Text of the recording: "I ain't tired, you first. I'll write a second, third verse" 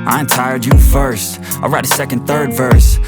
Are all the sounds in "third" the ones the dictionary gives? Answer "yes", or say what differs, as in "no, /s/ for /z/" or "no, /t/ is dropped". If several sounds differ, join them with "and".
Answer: yes